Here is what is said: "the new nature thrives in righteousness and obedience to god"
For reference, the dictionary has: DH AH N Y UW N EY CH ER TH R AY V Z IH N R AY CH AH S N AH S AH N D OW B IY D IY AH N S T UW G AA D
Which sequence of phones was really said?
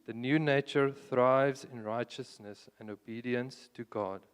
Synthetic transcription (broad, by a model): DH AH N Y UW N EY CH ER TH R AY V Z IH N R AY CH AH S N AH S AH N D OW B IY D IY AH N S T UW G AA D